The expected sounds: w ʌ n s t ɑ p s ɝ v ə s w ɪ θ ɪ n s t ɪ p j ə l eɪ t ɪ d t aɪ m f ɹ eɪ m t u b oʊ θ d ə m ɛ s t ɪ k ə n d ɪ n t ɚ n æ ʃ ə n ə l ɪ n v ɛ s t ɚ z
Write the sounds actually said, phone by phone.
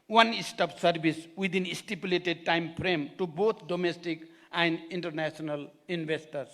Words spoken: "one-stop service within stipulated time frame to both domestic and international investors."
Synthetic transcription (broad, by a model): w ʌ n s t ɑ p s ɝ b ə s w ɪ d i n s t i p j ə l eɪ t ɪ d t aɪ m p ɹ eɪ m t u b oʊ t d ə m ɛ s t ɪ k ə n d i n t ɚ n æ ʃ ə n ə l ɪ n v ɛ s t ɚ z